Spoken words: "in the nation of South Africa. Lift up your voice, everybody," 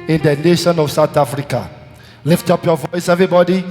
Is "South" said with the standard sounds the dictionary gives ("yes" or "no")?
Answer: no